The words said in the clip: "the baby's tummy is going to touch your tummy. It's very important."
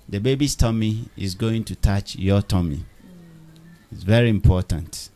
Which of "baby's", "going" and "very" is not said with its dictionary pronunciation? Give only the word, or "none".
baby's